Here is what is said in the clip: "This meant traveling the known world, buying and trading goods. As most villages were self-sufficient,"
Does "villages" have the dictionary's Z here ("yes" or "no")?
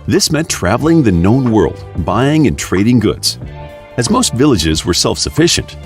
yes